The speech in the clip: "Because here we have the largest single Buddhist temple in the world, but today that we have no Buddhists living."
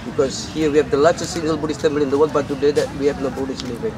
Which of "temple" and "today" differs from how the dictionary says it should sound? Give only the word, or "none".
temple